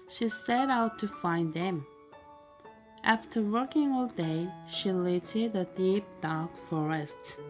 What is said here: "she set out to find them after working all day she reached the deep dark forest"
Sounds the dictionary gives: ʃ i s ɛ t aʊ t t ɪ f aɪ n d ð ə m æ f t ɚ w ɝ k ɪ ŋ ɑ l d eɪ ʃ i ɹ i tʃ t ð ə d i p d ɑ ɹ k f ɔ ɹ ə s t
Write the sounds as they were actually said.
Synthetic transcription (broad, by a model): ʃ i s ɛ t aʊ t t ɪ f aɪ n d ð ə m æ f t ɚ w ɝ k ɪ ŋ ɑ l d eɪ ʃ i l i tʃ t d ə d i p d ɑ ɹ k f ɔ ɹ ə s t